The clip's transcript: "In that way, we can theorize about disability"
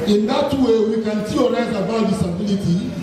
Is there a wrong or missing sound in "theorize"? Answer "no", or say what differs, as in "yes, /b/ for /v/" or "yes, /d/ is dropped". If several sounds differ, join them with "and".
yes, /s/ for /θ/